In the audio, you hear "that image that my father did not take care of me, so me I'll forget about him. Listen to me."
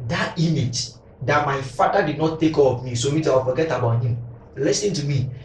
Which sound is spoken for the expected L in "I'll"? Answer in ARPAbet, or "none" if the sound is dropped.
W